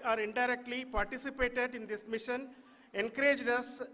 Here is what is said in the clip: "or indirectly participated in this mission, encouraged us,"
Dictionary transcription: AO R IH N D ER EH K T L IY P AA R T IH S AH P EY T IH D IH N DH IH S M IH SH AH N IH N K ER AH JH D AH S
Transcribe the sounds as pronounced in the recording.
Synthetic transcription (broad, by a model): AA R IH N D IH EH K T L IY P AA R T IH S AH P EY T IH D IH N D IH S M IH SH AH N IH N K ER AH JH D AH S